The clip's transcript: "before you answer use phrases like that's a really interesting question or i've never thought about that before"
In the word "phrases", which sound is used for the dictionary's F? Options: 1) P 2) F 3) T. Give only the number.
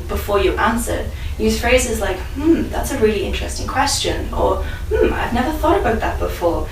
2